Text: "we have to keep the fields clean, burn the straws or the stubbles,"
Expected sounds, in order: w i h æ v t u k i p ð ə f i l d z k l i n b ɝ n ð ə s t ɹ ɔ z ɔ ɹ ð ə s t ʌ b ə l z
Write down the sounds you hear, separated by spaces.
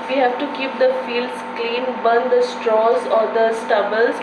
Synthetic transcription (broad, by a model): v i h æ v t u k i p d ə f i l d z k l i n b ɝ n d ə s t ɹ ɔ z ɔ ɹ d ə s t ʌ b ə l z